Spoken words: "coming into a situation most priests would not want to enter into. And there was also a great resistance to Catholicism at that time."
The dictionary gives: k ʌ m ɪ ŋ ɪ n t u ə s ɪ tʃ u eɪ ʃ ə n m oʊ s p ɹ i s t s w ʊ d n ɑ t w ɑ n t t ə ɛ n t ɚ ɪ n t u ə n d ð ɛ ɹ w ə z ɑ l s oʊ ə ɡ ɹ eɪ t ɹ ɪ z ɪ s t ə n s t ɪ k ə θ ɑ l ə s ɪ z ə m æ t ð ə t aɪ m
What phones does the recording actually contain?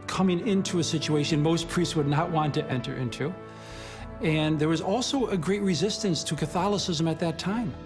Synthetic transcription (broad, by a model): k ʌ m ɪ ŋ ɪ n t u ə s ɪ tʃ u eɪ ʃ ə n m oʊ s p ɹ i s t s w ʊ d n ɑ t w ɑ n t t ɛ n t ɚ ɪ n t u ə n ð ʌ ɹ w ə z ɑ l s oʊ ə ɡ ɹ eɪ t ɹ ɪ z ɪ s t ə n s t ɪ k ə θ ɑ l ə s ɪ z ə m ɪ t ð ə t aɪ m